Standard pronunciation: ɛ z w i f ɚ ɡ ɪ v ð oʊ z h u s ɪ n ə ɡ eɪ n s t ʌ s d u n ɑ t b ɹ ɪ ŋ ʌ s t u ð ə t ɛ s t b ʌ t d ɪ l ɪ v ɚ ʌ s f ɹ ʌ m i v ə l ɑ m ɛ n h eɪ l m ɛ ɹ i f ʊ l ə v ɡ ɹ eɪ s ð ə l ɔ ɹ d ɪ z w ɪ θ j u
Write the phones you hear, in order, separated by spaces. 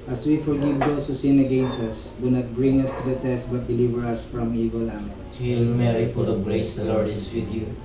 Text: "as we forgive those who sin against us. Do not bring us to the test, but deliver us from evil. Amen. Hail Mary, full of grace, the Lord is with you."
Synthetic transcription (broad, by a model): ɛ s w i f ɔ ɡ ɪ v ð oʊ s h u s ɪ n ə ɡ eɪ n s ʌ s d u n ɑ t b ɹ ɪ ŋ ʌ s t u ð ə t ɛ s t b ʌ t d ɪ l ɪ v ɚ ʌ s f ɹ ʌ m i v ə l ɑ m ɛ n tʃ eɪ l m ɛ ɹ i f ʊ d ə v ɡ ɹ eɪ s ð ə l ɔ ɹ d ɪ s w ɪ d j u